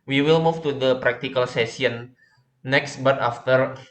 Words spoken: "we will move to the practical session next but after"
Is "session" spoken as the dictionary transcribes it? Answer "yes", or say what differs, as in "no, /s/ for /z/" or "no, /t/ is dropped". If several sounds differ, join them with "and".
no, /s/ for /ʃ/